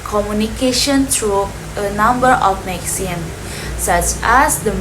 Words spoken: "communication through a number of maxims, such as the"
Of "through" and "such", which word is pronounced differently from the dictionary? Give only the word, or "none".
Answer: through